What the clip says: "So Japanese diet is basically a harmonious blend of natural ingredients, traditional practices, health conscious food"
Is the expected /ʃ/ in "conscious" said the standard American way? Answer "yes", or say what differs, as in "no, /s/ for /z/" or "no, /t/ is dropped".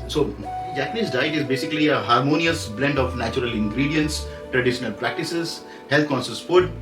no, /s/ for /ʃ/